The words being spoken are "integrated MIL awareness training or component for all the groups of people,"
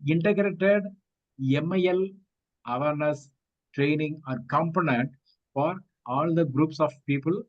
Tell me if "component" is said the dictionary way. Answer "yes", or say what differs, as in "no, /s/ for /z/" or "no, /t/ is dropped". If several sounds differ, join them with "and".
yes